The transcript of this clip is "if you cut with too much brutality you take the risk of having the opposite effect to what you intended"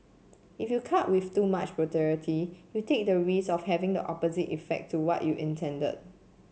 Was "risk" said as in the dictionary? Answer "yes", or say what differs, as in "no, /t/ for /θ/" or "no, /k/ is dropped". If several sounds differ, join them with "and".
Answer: no, /k/ is dropped